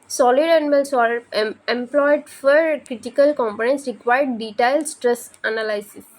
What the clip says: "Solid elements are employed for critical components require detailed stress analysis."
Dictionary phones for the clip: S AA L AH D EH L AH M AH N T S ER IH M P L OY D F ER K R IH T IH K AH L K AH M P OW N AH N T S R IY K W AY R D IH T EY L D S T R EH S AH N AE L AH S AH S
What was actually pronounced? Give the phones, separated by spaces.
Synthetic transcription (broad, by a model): S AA L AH D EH N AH M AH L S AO IH M P L OY D F ER K R IH T IH K AH L K AH M P OW N AH N T S R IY K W AY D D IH T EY L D S T R EH S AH N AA L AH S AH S